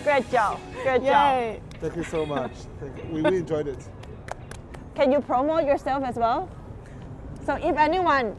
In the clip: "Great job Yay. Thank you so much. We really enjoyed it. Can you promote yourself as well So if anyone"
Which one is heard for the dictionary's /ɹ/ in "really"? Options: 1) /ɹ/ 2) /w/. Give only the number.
2